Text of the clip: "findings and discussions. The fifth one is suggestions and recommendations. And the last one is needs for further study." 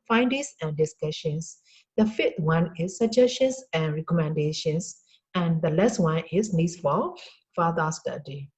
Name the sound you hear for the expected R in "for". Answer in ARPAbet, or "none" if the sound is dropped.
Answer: L